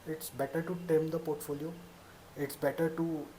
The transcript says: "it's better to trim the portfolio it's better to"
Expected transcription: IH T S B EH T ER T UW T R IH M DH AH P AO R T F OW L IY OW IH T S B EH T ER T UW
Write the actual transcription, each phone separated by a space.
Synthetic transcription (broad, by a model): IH T S B EH T ER T UW T EH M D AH P AO R T F OW L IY OW IH T S B EH T ER T UW